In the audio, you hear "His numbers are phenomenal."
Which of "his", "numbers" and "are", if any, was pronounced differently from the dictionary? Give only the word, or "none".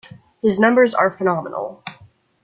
none